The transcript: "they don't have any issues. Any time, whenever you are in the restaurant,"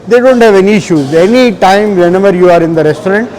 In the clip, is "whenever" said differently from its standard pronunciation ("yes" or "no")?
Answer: yes